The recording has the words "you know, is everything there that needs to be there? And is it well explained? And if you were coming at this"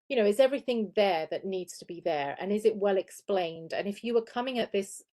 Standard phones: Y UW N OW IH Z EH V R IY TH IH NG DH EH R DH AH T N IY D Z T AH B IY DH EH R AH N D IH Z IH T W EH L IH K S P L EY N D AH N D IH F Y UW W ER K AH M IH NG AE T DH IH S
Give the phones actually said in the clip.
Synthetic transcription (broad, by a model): Y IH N OW IH Z EH V R IY TH IH NG DH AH R DH AH T N IY D Z T AH B IY DH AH R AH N IH Z IH T W EH L IH K S P L EY N D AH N IH F Y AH W ER K AH M IH NG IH T DH IH S